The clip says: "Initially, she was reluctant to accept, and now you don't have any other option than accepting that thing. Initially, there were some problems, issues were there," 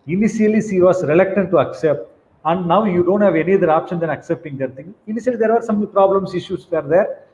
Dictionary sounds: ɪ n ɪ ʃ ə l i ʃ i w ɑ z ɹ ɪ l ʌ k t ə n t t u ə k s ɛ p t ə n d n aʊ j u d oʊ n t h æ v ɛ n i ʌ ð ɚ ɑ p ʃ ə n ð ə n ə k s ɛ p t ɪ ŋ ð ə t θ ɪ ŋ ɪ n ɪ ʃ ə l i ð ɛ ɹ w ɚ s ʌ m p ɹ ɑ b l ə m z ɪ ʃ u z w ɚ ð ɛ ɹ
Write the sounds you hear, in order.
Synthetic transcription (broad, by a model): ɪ n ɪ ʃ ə l i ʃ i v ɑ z ɹ ɪ l ʌ k t ə n t t u ə k s ɛ p t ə n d n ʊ j u d oʊ n t h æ v ɛ n i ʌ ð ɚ ɑ p ʃ ə n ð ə n ə k s ɛ p t ɪ ŋ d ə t t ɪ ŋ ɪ n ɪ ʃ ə l i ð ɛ ɹ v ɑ s ʌ m p ɹ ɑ b l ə m s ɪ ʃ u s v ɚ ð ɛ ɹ